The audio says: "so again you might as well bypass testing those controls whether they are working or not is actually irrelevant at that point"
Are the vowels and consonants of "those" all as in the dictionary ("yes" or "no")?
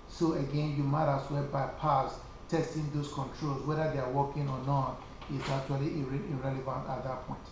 no